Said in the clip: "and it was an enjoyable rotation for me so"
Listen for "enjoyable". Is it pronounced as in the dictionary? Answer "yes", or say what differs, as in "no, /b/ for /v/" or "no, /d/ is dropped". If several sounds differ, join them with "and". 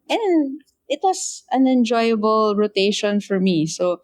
yes